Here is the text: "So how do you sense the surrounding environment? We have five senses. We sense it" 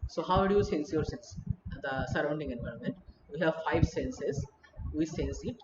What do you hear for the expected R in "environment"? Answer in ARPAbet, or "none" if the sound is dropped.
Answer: R